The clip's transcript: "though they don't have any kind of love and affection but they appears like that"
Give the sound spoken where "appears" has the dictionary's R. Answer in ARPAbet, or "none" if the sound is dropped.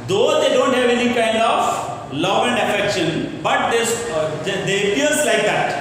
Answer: L